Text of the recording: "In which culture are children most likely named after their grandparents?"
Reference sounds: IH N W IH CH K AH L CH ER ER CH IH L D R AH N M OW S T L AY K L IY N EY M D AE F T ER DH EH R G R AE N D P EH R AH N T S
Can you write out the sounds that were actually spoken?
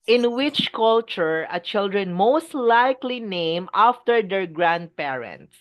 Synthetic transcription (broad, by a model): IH N W IH CH K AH L CH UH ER CH IH L D R AH N M OW S T L AY K L IY N EY M AA F T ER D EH R G R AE N D P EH R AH N T S